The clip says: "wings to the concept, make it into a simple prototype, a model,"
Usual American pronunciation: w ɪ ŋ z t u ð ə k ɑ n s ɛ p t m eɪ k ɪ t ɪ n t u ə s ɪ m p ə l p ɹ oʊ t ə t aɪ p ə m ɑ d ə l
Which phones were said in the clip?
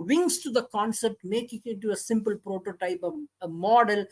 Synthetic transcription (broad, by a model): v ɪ ŋ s t u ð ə k ɑ n s ɛ p t m eɪ k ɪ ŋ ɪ t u ə s ɪ m p ə l p ɹ oʊ t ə t aɪ p ə m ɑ d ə l